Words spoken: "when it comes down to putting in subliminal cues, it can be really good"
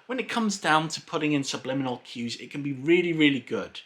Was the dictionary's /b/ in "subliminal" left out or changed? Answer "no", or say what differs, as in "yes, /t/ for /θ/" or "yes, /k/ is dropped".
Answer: no